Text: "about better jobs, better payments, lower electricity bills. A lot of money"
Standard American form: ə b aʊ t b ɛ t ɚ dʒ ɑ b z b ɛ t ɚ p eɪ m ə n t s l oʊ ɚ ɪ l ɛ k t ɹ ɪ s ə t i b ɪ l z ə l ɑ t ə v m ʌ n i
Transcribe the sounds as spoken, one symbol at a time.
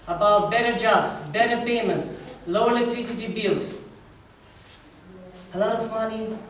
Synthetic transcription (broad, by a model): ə b aʊ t b ɛ t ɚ dʒ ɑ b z b ɛ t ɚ p eɪ m ə n t s l oʊ ɪ l ɛ k t ɹ ɪ s ə t i b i l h ə l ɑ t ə f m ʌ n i